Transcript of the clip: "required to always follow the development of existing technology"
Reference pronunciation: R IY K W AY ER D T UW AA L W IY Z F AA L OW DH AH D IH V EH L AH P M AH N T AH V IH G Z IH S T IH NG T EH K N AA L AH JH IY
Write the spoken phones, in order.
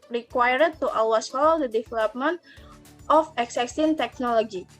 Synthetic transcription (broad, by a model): R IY K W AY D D T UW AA W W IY S F AA L OW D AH D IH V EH L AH P M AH N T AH F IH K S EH S T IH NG T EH K N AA L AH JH IY